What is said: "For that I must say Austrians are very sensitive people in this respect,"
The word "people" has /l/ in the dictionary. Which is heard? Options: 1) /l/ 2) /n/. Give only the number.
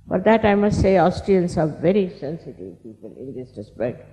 2